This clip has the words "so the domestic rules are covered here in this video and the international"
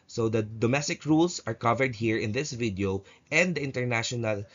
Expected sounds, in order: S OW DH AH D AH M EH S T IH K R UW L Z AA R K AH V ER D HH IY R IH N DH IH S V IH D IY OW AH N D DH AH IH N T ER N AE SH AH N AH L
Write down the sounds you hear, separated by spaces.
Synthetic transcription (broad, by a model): S OW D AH D AH M EH S T IH K R UW L S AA R K AH V ER D HH IY R IH N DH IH S V IH D IY OW AH N D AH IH N T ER N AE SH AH N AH L